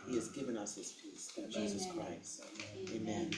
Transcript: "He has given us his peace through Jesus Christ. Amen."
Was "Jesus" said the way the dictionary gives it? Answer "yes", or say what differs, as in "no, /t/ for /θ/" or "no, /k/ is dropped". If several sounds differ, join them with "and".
yes